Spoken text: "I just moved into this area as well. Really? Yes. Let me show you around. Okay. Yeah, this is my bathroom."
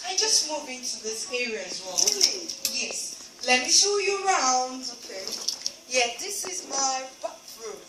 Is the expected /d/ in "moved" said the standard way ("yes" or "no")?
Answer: no